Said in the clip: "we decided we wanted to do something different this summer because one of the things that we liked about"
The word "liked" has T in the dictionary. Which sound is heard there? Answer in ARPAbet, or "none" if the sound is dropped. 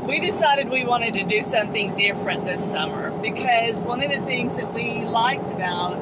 T